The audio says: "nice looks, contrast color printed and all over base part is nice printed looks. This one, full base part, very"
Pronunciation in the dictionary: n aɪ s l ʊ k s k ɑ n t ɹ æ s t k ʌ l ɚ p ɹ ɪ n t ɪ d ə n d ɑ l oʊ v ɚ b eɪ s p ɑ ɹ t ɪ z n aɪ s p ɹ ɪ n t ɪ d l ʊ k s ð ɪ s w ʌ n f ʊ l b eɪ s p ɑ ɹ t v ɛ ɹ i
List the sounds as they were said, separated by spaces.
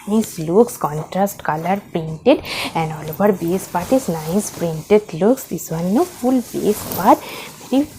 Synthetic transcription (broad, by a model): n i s l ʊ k s k ɑ n t ɹ æ s t k ʌ l ɚ p ɹ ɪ n t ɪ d ə n d ɑ l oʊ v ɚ b eɪ s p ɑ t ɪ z n aɪ s p ɹ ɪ n t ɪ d l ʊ k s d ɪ s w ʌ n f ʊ l b eɪ s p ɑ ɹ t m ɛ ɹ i